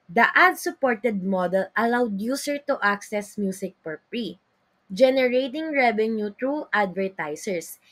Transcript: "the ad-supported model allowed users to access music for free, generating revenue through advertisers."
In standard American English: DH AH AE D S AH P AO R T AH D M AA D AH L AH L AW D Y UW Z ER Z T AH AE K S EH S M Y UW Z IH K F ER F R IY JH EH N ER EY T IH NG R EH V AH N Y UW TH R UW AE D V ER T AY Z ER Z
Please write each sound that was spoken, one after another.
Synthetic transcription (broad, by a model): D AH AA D S AH P AO R T AH D M AA D AH L AH L AW D Y UW S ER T T AH K S EH S M Y UW S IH K P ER P R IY JH EH N ER EY T IH NG R EH V AH N Y UW T R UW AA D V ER T AY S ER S